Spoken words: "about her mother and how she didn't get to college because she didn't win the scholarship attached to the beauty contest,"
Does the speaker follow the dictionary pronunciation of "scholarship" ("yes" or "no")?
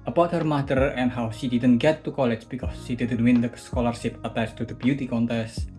yes